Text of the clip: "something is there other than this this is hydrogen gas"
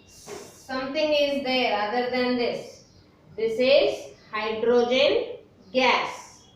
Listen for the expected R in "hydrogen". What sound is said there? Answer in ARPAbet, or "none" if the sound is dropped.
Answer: R